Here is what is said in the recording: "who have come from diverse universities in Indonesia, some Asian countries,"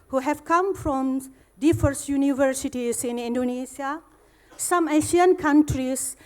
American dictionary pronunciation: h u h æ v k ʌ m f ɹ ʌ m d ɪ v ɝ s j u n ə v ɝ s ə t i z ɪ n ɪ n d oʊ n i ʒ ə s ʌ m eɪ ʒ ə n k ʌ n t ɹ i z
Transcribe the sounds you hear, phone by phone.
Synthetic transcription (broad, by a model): h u h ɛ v k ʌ m f ɹ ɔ m d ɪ f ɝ s j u n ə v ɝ s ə t i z ɪ n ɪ n d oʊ n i s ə s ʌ m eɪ ʃ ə n k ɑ n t ɹ i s